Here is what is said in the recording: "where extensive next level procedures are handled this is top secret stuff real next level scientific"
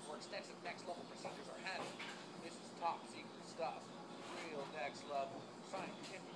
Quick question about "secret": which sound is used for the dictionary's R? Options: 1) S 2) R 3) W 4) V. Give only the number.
3